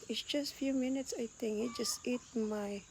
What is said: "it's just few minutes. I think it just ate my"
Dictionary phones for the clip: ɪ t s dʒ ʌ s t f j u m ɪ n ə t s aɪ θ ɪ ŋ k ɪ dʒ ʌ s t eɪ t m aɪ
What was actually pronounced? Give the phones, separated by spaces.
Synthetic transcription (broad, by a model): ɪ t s dʒ ʌ s t f j u m ɪ n ə t s aɪ t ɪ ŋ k ɪ dʒ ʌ s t eɪ t m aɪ